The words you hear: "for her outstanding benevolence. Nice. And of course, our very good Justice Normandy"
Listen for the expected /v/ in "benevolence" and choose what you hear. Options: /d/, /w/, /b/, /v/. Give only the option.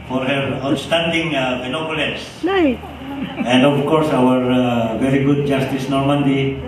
/b/